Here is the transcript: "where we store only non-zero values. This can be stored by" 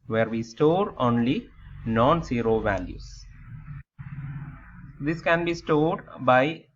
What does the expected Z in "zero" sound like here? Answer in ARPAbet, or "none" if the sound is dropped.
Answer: S